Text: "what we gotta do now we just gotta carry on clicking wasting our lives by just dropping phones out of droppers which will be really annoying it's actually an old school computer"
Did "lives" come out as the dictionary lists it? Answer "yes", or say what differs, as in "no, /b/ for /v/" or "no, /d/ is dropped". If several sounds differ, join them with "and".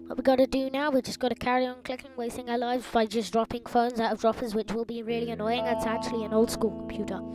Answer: yes